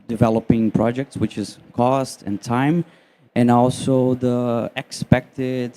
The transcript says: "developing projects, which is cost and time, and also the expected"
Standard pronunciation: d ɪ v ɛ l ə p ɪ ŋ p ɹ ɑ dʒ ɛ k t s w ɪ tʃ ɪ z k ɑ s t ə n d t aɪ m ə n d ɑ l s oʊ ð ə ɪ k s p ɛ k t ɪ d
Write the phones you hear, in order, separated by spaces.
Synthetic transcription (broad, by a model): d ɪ v ɛ l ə p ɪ ŋ p ɹ ɑ dʒ ɛ k t s w ɪ tʃ ɪ z k ɑ s t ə n t aɪ m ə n ɑ l s oʊ ð ə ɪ k s p ɛ k t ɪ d